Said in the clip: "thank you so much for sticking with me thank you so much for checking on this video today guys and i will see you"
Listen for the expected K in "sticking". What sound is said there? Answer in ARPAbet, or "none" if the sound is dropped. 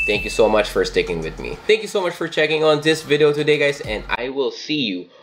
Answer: K